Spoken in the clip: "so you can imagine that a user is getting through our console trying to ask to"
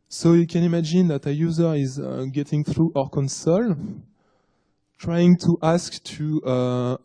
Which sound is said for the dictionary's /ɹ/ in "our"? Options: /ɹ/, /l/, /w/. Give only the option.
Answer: /ɹ/